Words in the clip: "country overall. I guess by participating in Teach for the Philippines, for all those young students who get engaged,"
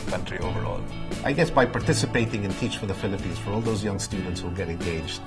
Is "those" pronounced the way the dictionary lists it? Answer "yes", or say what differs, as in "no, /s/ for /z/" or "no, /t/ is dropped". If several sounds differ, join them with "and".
yes